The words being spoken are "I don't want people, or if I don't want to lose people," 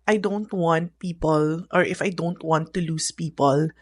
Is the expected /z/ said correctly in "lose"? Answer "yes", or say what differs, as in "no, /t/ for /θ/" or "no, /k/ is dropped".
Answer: no, /s/ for /z/